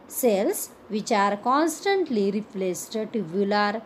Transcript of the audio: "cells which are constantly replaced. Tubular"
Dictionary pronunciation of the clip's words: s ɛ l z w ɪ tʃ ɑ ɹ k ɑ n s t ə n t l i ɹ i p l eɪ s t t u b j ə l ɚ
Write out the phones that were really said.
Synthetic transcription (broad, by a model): s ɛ l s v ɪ tʃ ɑ ɹ k ɑ n s t ə n t l i ɹ i p l eɪ s t t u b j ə l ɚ